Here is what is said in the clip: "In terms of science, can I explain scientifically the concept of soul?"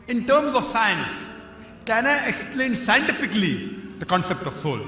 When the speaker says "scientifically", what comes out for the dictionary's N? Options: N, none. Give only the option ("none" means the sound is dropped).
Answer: N